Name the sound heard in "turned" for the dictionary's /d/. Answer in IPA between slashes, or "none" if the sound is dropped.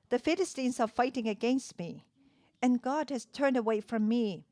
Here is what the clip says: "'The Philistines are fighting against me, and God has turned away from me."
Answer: /d/